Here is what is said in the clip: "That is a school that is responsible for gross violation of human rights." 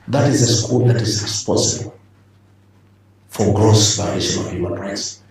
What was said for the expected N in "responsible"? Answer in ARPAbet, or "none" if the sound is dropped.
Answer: none